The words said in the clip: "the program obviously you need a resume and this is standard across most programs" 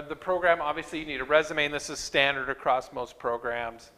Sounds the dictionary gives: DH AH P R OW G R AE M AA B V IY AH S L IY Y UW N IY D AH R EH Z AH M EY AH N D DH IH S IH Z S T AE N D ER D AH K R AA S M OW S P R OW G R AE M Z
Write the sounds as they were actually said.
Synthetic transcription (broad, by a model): DH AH P R OW G R AE M AA B V IY AH S L IY Y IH N IY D AH R EH Z AH M EY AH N DH IH S IH Z S T AE N D ER D AH K R AA S M OW S P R OW G R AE M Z